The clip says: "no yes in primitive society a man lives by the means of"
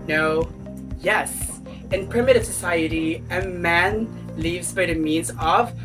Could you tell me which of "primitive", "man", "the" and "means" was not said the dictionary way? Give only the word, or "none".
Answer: none